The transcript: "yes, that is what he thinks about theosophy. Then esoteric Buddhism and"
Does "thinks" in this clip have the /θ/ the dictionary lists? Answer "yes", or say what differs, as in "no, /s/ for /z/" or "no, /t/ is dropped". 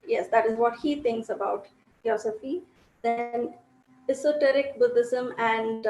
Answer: no, /t/ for /θ/